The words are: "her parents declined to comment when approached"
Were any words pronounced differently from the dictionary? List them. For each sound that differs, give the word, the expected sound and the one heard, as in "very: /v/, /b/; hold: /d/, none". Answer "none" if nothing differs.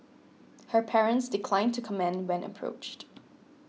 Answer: none